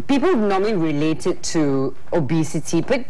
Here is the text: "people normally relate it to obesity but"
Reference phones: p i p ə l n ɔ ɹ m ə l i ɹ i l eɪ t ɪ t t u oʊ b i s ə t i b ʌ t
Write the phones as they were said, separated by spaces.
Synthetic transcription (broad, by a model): p i p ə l n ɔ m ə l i ɹ i l eɪ t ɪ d t u oʊ b i s ə t i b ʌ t